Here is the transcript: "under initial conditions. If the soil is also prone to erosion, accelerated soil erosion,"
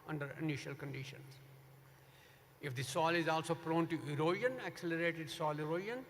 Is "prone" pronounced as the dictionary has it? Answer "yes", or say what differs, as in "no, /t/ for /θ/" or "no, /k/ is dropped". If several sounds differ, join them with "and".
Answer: yes